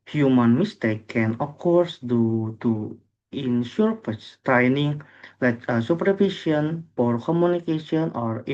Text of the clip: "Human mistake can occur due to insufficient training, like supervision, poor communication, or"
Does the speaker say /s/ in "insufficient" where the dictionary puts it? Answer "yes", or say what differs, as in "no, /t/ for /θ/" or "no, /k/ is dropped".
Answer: no, /ʃ/ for /s/